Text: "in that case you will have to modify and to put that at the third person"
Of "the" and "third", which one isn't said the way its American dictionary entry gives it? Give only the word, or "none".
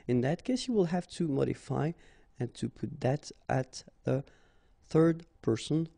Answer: none